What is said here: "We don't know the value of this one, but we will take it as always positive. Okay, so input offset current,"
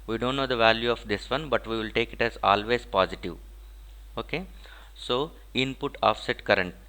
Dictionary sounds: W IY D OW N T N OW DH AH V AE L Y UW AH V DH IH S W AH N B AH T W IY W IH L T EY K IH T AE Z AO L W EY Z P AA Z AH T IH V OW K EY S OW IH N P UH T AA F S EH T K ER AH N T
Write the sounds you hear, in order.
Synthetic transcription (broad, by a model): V IY D OW N T N OW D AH V AE L Y UW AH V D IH S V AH N B AH T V IY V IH L T EY K IH T AE Z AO L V EY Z P AA Z AH T IH V OW K EY S OW IH N P UH T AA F S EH T K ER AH N T